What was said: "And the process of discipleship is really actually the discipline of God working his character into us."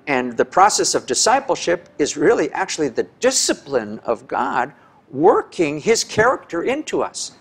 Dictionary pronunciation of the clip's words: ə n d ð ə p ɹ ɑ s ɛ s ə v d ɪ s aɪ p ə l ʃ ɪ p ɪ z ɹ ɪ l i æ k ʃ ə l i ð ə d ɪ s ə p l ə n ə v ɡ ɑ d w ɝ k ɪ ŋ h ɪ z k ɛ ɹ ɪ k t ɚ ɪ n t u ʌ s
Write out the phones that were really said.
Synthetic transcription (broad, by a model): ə n ð ə p ɹ ɑ s ɛ s ə v d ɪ s aɪ p l ʃ ɪ p ɪ z ɹ ɪ l i æ k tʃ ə l i ð ə d ɪ s ə p l ə n ə v ɡ ɑ d w ɝ k ɪ ŋ ɪ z k ɛ ɹ ɪ k t ɚ ɪ n t u ʌ s